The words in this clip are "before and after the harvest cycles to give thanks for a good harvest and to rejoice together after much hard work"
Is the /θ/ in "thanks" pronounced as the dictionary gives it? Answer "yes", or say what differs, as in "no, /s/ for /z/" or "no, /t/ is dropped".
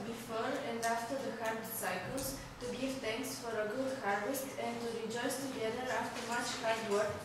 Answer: no, /t/ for /θ/